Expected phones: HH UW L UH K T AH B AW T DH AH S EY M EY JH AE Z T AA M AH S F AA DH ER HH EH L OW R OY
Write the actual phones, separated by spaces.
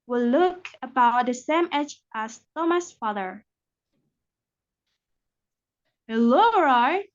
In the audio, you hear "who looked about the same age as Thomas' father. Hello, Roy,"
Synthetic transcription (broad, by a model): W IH L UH K AH B AW T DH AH S EY M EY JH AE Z T AA M AH S F AA DH ER HH EH L OW R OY